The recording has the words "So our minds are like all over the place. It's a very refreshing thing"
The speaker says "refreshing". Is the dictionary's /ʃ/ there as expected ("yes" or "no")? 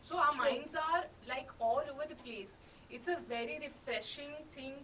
yes